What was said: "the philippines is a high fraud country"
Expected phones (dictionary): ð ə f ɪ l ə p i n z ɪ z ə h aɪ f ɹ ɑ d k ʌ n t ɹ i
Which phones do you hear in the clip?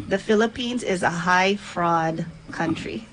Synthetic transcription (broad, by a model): ð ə f ɪ l ə p i n z ɪ z ə h aɪ f ɹ ɑ d k ʌ n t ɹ i